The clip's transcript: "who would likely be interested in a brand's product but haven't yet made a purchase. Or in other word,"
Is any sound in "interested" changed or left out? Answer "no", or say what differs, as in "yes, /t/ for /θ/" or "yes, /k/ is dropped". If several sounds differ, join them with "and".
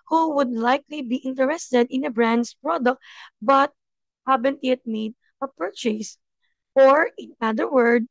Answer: no